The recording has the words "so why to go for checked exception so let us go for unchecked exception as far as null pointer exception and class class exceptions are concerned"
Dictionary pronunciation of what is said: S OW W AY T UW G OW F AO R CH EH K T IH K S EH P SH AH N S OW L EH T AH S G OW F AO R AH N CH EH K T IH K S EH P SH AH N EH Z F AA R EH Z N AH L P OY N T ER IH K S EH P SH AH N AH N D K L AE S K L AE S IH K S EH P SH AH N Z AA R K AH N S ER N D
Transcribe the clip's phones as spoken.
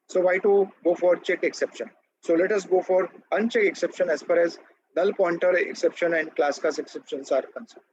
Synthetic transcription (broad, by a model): S OW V AY T UW G OW F AO R CH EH K IH K S EH P SH AH N S OW L EH T AH S G OW F AO R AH N CH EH K IH K S EH P SH AH N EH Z F AA R EH Z N AH L P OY N T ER IH K S EH P SH AH N AH N D K L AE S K AA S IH K S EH P SH AH N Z AA R K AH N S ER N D